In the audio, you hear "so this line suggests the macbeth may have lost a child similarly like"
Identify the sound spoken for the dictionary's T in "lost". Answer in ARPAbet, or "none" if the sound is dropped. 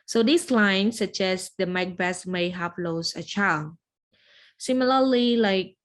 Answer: none